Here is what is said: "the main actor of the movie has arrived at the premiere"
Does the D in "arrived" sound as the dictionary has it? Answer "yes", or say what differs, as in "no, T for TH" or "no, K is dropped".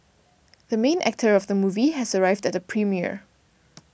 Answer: yes